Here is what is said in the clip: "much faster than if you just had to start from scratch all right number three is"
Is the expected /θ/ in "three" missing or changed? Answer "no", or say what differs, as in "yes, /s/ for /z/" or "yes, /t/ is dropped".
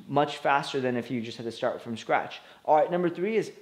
no